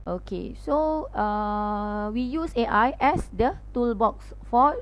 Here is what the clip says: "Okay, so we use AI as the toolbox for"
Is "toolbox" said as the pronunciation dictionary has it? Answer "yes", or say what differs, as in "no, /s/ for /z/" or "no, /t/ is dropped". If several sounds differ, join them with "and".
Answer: yes